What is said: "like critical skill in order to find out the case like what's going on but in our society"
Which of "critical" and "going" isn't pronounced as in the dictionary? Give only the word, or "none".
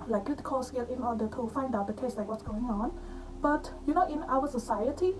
critical